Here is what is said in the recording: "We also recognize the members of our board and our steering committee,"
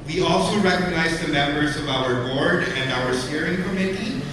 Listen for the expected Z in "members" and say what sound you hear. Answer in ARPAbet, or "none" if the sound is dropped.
Z